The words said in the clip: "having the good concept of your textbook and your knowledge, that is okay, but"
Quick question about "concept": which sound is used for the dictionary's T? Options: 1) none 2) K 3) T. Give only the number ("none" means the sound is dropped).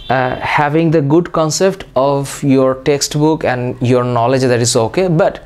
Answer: 3